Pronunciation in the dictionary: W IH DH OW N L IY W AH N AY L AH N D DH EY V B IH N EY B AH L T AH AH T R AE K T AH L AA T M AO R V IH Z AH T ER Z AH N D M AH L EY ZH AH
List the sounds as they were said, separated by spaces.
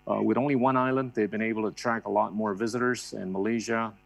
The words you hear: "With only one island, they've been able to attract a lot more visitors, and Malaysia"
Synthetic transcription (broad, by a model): W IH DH OW N L IY W AH N AY L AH N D DH EY V B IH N EY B L T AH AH T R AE K AH L AA T M AO R V IH Z AH T ER Z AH N M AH L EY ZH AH